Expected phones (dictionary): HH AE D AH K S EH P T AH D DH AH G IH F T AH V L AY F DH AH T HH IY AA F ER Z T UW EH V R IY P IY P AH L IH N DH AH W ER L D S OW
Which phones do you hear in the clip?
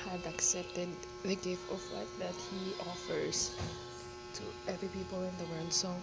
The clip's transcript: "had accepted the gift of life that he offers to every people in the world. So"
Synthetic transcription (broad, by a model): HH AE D AH K S EH P T AH D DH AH G IH F T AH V W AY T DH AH T HH IY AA F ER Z T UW EH V R IY P IY P AH L IH N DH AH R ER N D S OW